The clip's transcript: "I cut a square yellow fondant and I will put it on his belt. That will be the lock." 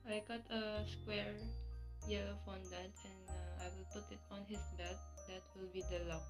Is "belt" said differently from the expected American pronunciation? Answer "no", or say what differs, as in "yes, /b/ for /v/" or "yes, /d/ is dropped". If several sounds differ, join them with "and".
yes, /l/ is dropped